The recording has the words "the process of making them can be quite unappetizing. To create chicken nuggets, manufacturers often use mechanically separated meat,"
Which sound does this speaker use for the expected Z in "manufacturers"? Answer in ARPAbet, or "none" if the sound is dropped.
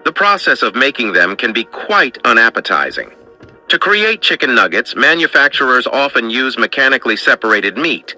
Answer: Z